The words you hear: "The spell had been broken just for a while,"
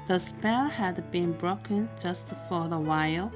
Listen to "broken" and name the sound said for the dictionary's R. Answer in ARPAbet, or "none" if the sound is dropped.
R